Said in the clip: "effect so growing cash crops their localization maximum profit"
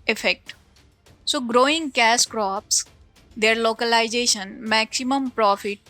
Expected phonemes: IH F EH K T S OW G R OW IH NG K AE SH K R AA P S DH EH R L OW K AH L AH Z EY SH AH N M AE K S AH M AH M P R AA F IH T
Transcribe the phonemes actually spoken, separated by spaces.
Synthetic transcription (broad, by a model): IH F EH K T S OW G R OW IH NG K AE S K R AA P S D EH R L OW K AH L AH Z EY SH AH N M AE K S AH M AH M P R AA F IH T